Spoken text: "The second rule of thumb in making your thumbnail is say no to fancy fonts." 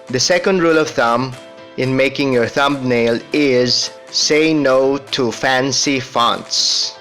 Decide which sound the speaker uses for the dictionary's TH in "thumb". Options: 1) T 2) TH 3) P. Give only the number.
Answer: 2